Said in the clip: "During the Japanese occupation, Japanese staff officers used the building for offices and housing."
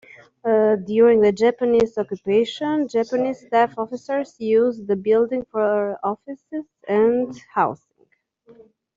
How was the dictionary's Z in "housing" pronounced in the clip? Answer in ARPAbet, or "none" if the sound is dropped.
S